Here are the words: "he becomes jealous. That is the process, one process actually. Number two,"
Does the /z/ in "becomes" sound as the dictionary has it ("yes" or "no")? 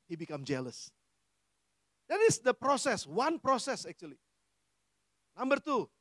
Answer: no